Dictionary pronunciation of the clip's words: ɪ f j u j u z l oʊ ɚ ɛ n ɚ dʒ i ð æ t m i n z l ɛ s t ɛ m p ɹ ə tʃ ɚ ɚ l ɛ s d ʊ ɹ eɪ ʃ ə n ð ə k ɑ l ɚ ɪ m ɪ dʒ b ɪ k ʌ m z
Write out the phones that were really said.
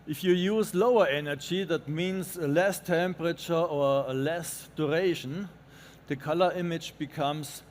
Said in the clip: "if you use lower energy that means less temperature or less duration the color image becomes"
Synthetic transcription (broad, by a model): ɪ f j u j u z l oʊ ɚ ɛ n ɚ dʒ i ð æ t m i n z l ɛ s t ɛ m p ɹ ə tʃ ɚ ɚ l ɛ s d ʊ ɹ eɪ ʃ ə n ð ə k ɑ l ɚ ɪ m ɪ dʒ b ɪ k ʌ m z